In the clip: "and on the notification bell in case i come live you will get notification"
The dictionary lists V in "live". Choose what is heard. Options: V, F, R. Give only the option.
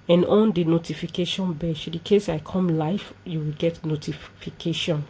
F